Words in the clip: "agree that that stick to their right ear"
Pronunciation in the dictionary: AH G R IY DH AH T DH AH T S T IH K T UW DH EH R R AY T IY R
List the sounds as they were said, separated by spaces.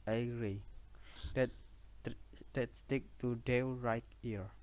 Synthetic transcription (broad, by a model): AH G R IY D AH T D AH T S T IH K T UW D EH W R AY T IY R